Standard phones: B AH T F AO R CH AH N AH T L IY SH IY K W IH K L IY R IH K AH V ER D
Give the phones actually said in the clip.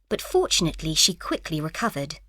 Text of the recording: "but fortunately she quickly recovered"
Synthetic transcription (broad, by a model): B AH T F AO R CH AH N AH T L IY SH IY K W IH K L IY R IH K AH V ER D